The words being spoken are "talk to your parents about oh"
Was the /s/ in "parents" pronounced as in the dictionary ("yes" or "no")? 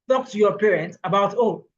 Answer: no